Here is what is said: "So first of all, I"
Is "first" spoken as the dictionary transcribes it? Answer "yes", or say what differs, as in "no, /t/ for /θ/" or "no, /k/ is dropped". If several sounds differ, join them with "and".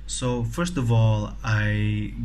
yes